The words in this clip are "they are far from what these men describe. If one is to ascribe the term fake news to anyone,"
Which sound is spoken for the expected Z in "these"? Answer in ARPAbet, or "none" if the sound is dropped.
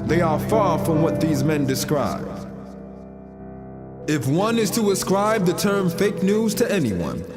Z